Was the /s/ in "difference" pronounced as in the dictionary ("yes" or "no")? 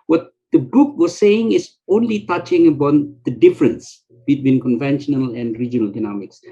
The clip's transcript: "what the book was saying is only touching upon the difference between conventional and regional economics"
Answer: yes